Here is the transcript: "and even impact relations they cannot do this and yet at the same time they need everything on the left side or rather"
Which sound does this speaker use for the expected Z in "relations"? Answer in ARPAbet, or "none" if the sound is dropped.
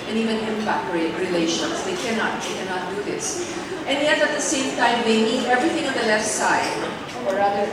S